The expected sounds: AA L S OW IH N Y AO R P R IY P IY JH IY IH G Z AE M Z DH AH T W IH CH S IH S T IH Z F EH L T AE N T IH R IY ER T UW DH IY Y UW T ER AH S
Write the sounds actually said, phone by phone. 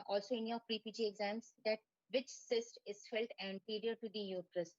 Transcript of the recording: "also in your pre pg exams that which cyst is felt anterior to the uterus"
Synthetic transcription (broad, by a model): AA L S OW IH N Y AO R P R IY P IY JH IY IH G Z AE M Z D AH T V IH CH S IH S T IH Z F EH L T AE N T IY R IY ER T UW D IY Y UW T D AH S